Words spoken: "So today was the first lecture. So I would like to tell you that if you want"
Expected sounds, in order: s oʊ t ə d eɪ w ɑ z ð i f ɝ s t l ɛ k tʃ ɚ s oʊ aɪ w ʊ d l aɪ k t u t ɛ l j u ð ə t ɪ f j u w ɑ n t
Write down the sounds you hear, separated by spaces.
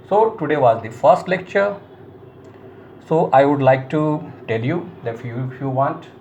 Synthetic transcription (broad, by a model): s oʊ t ə d eɪ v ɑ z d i f ɝ s t l ɛ k tʃ ɚ s oʊ aɪ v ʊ d l aɪ k t u t ɛ l j u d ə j ɪ f j u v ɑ n t